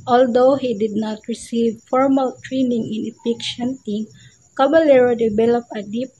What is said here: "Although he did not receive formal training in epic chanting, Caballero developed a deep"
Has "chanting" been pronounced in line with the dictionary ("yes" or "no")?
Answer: no